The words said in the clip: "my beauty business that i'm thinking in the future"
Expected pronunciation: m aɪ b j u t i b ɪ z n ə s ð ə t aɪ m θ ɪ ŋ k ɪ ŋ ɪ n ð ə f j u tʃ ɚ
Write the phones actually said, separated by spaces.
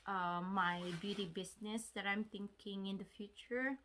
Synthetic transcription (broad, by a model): m aɪ b j u t i b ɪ s n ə s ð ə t aɪ m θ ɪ ŋ k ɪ ŋ ɪ n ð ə f j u tʃ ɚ